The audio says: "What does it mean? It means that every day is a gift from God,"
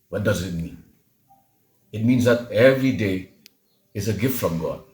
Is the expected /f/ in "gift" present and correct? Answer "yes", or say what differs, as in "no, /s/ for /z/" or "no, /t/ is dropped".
yes